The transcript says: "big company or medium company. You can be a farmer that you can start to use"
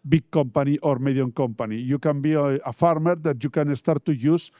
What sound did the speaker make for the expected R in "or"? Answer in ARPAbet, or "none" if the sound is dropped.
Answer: R